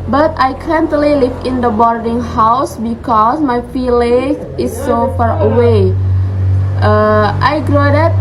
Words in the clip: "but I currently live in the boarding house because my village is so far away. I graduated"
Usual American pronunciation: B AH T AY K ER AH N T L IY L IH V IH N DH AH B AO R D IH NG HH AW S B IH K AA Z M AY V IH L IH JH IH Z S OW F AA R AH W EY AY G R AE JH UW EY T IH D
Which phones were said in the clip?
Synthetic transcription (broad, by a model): B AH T AY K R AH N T L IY L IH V IH N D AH B AO R D IH NG HH AW S B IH K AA S M AY F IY L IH IH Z S OW F AA R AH W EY AY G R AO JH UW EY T